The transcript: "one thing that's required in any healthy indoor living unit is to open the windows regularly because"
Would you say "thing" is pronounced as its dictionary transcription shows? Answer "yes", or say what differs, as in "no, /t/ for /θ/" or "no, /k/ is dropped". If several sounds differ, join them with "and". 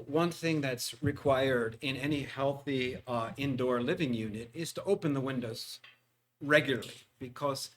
yes